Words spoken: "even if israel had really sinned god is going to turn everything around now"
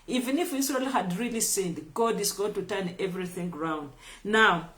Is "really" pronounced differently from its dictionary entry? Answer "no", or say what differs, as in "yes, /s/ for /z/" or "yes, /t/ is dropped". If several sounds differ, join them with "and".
no